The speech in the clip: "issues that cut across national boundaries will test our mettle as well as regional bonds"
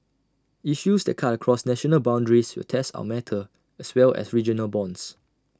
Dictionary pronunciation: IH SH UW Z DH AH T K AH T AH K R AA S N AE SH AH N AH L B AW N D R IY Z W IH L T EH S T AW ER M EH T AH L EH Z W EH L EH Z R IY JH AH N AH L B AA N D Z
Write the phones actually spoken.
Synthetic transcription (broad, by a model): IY SH UW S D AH T K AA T AH K R AA S N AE SH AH N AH L B AW N D R IY S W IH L T EH S T AW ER M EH T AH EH S W EH L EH S R IY JH AH N AH L B AA N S